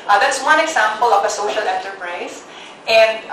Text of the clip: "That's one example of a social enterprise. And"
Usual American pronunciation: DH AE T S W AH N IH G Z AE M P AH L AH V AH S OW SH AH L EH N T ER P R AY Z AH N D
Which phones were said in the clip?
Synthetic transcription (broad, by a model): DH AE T S W AH N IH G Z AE M P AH L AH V AH S OW SH AH L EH N T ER P R AY S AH N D